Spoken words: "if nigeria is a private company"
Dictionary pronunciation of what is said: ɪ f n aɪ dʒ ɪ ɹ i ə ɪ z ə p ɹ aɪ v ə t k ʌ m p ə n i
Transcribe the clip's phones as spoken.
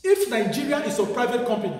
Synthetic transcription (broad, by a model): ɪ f n aɪ dʒ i ɹ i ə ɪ s ə p ɹ aɪ v ə t k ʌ m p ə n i